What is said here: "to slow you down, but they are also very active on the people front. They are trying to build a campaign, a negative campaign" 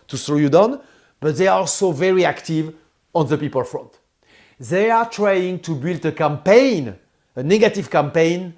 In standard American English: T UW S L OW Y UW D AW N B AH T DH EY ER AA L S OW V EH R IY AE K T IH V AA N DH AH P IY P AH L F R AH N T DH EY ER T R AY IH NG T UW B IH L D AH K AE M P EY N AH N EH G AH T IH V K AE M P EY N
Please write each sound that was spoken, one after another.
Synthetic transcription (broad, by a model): T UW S OW Y UW D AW N B AH T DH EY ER AA L S OW V EH R IY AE K T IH V AA N DH AH P IY P AH L F R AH N T DH EY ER T R AY IH NG T UW B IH L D AH K AE M P EY N AH N EH G AH T IH V K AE M P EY N